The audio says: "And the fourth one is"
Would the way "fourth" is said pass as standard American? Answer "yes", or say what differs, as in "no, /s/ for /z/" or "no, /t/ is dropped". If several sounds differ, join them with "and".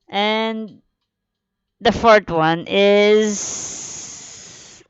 no, /t/ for /θ/